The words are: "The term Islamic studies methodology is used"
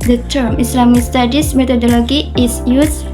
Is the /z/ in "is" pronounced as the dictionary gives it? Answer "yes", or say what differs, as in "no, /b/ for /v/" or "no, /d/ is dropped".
no, /s/ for /z/